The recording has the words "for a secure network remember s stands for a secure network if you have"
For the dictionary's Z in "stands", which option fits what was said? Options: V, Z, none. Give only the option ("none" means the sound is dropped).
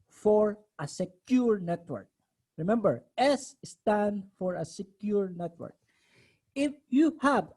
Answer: none